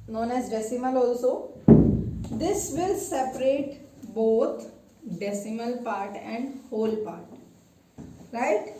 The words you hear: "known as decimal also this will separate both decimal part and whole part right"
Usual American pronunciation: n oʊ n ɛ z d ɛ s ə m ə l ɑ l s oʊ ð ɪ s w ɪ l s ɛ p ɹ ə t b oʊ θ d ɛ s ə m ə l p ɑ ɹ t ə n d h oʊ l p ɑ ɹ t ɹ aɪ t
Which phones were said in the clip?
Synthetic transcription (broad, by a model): n oʊ n ɛ z d ɛ s ə m ə l ɑ l s oʊ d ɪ s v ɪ l s ɛ p ɹ ə t b oʊ t d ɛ s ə m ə l p ɑ ɹ t ə n d h oʊ l p ɑ ɹ t ɹ aɪ t